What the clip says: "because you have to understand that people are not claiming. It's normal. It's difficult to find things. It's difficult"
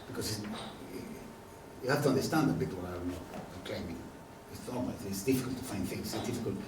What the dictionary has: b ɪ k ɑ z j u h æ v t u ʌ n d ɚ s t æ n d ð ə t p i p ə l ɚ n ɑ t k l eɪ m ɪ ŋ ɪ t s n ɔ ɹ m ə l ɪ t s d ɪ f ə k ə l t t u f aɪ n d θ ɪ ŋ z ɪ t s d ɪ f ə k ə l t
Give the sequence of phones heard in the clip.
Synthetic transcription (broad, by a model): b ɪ k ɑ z j u h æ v t u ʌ n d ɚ s t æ n d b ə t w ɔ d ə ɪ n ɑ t k l eɪ m ɪ ŋ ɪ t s ɔ l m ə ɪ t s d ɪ f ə k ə l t t u f aɪ n d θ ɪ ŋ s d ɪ f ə k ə l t